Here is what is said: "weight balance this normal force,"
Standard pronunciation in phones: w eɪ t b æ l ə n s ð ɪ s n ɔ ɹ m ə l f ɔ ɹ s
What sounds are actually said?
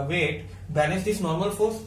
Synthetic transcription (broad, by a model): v eɪ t b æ n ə s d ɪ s n ɔ ɹ m ə l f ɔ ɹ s